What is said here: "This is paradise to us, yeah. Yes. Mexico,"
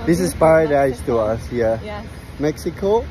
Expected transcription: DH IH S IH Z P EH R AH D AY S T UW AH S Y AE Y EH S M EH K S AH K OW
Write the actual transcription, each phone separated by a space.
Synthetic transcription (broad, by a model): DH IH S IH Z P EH R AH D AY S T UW AH S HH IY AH M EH K S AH K OW